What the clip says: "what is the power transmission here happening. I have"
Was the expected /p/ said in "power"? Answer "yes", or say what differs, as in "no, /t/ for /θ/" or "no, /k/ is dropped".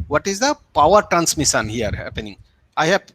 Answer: yes